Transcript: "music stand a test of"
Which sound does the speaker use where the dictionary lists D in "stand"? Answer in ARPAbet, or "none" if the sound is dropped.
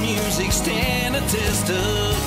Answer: none